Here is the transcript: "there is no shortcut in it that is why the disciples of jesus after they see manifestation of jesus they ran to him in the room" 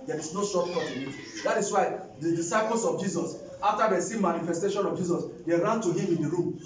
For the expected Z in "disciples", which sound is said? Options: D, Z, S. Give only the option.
S